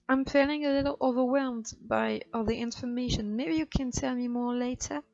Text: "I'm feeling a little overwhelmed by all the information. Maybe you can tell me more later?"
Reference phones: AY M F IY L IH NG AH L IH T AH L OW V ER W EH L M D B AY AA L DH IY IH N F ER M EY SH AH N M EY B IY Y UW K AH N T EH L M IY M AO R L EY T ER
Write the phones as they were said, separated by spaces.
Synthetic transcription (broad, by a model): AY M F IY L IH NG AH L IH T L OW V ER W EH L M D B AY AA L DH IY IH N F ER M EY SH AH N M EY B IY Y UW K AH N T EH L M IY M AO R L EY T ER